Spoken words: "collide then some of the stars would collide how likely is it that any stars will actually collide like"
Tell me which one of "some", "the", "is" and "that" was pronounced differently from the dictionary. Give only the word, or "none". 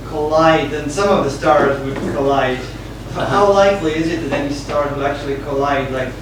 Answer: none